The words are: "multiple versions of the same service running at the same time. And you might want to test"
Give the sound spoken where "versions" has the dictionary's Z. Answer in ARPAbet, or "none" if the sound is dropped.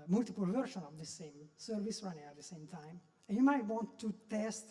none